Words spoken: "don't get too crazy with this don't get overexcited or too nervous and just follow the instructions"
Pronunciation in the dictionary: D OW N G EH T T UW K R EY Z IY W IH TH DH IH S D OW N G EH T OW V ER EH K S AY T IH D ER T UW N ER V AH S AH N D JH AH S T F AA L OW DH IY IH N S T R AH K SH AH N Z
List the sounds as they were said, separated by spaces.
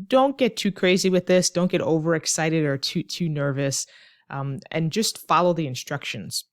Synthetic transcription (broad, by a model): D OW N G EH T T UW K R EY Z IY W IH DH IH S D OW N G EH T OW V ER EH K S AY T IH D ER T UW N ER V AH S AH N JH AH S T F AA L OW DH IY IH N S T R AH K SH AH N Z